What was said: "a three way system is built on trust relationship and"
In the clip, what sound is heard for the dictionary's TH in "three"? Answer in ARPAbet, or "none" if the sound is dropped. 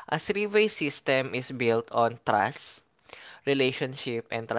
S